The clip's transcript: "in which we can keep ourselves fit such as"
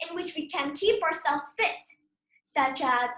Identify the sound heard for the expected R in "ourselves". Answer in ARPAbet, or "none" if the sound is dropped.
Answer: R